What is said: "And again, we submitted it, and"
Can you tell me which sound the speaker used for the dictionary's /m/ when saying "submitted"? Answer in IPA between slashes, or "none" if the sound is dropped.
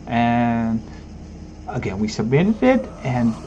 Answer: none